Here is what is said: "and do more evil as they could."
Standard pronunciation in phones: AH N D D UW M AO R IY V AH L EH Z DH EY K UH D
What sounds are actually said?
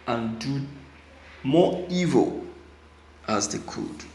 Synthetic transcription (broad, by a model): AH N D D UW M AO IY V AH L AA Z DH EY K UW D